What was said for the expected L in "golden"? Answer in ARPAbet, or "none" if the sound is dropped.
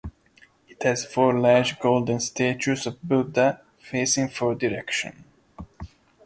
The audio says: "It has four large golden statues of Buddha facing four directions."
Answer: L